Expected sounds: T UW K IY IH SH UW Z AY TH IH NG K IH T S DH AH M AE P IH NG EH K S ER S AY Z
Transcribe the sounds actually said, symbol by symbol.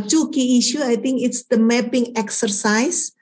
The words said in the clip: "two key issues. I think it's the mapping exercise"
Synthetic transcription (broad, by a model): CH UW K IY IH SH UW AY T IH NG K IH T S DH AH M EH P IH NG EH K S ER S AY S